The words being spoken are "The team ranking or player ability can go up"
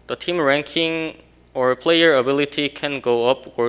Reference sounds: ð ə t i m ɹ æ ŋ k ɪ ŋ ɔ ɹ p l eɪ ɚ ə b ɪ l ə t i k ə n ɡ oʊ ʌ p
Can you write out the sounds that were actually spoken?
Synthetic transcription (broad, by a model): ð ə t i m ɹ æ ŋ k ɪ ŋ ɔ ɹ p l eɪ ɚ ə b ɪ l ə t i k ə n ɡ oʊ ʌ p